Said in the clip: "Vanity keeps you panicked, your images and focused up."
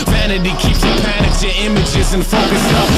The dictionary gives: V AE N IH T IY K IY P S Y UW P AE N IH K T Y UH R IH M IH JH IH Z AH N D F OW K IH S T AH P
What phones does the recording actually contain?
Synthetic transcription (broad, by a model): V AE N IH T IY K IY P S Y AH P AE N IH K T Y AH R IH M IH JH IH Z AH N F OW K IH S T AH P